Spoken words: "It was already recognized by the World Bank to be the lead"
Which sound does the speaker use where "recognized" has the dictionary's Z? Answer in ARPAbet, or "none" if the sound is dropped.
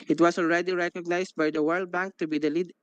S